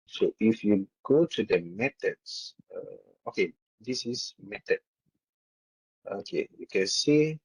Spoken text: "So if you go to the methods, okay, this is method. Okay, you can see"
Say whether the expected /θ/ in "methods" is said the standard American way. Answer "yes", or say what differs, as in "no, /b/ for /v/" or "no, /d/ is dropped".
no, /t/ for /θ/